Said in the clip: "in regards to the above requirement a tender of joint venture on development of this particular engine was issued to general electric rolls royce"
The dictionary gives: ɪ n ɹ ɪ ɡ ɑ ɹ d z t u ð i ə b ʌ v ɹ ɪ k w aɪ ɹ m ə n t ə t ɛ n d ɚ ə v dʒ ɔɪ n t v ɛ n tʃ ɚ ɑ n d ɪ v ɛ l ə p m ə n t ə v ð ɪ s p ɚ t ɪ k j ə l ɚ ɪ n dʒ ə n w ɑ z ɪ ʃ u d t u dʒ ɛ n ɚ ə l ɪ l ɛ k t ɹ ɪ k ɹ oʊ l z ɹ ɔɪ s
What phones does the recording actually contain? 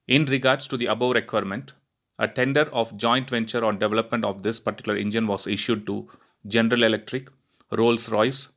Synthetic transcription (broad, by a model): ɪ n ɹ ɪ ɡ ɑ ɹ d s t u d i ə b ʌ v ɹ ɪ k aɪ ɹ m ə n t ə t ɛ n d ɚ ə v dʒ ɔɪ n t v ɛ n tʃ ɚ ɑ n d ɪ v ɛ l ə p m ə n t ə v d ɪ s p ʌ t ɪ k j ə l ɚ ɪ n dʒ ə n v ɑ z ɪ ʃ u d t u dʒ ɛ n ɚ ə l ɪ l ɛ k t ɹ ɪ k ɹ oʊ l s ɹ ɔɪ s